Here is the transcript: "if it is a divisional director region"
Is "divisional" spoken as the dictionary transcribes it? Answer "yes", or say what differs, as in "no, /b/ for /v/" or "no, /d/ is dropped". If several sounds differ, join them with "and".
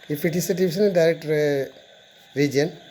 no, /s/ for /ʒ/